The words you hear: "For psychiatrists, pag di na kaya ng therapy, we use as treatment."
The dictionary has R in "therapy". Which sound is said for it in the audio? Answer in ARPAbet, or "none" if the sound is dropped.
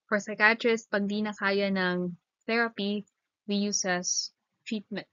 R